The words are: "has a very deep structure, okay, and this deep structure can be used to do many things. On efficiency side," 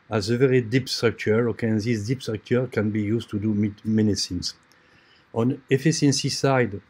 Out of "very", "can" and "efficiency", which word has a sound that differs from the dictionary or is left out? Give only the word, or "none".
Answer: efficiency